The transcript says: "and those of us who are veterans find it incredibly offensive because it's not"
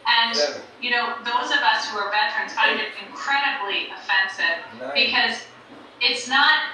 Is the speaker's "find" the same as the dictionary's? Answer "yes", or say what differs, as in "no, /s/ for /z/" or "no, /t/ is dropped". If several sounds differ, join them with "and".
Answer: no, /n/ is dropped